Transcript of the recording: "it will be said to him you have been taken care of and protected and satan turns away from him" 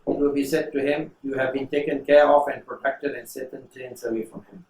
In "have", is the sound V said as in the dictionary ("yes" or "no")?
yes